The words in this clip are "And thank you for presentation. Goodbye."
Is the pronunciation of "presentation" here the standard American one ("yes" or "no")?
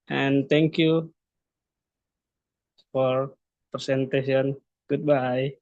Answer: no